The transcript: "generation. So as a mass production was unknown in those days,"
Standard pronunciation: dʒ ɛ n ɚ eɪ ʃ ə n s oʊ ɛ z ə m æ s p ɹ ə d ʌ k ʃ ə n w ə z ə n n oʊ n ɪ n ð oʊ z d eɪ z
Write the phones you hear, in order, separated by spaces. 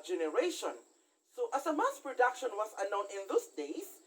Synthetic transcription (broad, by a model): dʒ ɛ n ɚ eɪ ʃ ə n s oʊ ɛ s ə m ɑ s p ɹ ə d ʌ k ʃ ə n w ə s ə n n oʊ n ɪ n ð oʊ s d eɪ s